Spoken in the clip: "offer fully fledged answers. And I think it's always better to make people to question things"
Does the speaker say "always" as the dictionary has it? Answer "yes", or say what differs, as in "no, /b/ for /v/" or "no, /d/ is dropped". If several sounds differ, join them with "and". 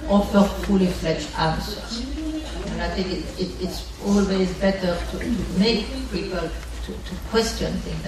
yes